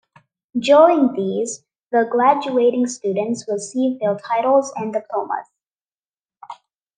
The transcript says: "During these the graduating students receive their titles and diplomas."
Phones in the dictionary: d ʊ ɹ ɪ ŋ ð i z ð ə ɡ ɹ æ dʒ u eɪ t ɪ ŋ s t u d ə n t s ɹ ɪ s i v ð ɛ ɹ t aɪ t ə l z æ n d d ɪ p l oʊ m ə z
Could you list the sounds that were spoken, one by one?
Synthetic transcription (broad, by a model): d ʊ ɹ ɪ ŋ ð i z ð ə ɡ ɹ æ dʒ u eɪ t ɪ ŋ s t u d ə n t s w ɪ s i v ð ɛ l t aɪ t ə l z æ n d d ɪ p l oʊ m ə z